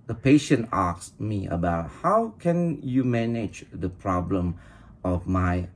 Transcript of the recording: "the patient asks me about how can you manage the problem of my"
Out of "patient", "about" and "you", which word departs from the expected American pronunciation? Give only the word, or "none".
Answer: none